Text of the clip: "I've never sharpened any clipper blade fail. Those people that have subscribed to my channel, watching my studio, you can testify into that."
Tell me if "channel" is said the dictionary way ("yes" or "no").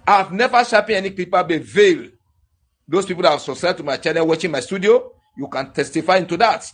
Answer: no